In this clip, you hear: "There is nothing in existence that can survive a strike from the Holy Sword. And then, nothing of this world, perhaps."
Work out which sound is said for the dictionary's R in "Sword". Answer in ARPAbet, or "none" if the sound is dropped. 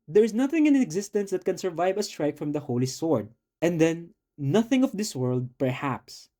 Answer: R